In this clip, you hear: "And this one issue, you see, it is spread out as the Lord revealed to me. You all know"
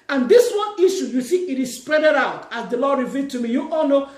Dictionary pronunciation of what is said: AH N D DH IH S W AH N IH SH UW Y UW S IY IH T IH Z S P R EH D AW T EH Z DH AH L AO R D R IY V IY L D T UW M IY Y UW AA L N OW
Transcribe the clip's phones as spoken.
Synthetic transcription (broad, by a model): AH N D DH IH S W AH N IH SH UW Y UW TH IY IH T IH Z S P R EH D AW T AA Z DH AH L AO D R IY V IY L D T UW M IY Y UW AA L N OW